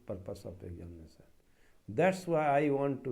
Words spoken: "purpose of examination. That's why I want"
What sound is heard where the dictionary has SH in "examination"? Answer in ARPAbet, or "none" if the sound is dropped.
S